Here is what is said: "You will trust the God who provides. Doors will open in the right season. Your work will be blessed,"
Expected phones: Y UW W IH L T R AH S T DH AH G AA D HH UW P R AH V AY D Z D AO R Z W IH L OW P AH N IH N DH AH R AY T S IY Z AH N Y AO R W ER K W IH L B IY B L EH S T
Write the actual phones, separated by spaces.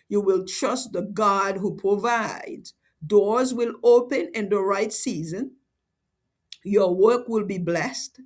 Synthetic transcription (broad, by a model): Y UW W IH L T R AH S T DH AH G AA D HH UW P R AH V AY D Z D AO R Z W IH L OW P AH N IH N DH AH R AY T S IY Z AH N Y AO R W ER K W IH L B IY B L EH S T